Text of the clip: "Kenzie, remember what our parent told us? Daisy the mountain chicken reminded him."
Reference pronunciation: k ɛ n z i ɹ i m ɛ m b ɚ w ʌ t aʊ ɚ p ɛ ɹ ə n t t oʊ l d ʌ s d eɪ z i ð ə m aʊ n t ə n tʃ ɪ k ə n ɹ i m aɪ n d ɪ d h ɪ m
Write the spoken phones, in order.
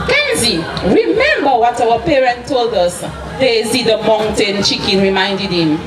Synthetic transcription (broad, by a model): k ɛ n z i ɹ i m ɛ m b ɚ w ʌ t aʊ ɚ p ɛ ɹ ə n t t oʊ l d ʌ s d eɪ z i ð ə m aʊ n t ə n tʃ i k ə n ɹ i m aɪ n d ɪ d h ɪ m